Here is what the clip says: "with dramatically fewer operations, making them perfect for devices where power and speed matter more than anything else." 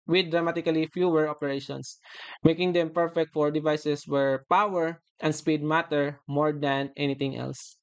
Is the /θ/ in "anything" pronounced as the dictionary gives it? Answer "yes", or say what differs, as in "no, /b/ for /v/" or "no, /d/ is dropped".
no, /t/ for /θ/